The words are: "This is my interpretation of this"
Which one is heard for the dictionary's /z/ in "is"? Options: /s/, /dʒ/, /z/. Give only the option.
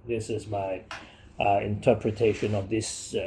/z/